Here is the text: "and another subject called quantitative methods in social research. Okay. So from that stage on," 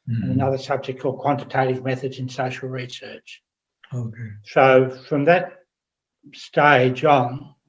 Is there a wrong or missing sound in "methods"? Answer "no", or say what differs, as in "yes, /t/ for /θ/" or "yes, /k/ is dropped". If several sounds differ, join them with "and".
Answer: no